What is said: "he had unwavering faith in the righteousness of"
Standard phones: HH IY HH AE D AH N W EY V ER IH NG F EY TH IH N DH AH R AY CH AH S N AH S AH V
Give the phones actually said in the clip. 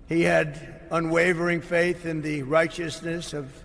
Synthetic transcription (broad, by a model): HH IY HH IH D AH N W EY V ER IH NG F EY TH IH N DH AH R AY CH AH S N AH S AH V